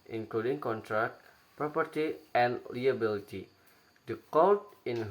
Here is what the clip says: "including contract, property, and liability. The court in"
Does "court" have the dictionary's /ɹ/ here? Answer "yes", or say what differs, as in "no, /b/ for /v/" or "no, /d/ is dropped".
no, /l/ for /ɹ/